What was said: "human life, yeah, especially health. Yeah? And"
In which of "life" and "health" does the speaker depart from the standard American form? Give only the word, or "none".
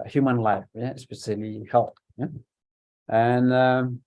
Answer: health